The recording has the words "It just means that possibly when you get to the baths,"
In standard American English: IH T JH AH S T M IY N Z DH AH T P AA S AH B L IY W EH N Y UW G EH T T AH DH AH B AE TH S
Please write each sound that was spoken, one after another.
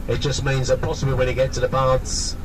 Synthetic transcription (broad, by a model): IH T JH AH S M IY N Z DH AH T P AA S AH B L IY W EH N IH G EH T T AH DH AH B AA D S